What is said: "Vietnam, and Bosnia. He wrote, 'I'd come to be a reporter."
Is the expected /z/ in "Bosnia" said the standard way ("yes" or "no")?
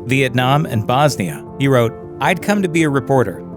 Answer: yes